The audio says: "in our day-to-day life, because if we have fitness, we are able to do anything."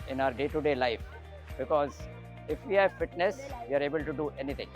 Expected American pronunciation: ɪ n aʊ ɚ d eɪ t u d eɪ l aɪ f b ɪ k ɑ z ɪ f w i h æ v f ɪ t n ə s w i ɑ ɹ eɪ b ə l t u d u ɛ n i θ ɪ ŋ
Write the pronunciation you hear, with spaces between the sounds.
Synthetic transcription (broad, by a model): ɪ n aʊ ɚ d eɪ t u d eɪ l aɪ f b ɪ k ɑ z ɪ f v i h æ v f ɪ t n ə s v i ɑ ɹ eɪ b ə l t u d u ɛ n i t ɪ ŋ